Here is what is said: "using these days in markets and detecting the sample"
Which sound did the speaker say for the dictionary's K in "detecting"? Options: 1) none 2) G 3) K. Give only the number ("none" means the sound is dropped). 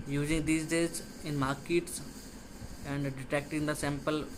3